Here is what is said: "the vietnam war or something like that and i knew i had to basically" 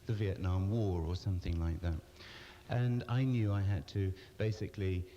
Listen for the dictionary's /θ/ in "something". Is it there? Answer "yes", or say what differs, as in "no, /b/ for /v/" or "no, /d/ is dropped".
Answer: yes